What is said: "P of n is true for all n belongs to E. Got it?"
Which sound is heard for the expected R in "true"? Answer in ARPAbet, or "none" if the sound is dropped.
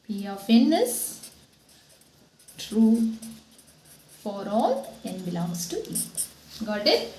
R